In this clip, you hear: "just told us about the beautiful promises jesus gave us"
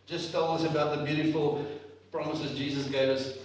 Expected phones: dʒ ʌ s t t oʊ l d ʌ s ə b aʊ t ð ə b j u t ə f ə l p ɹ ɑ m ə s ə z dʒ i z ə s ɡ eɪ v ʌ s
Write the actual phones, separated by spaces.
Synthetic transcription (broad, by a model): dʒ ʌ s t t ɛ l ʌ s ə b aʊ t ð ə b j u t ə f ə l p ɹ ɑ m ə s ə z dʒ i z ə s ɡ eɪ v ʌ s